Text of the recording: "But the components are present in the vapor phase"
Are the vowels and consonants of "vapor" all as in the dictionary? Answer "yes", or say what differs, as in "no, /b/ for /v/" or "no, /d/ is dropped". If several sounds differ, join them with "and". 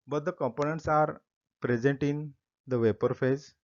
yes